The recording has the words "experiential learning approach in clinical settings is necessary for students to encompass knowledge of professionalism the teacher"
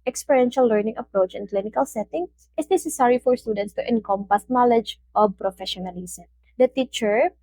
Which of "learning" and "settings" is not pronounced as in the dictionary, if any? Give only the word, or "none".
settings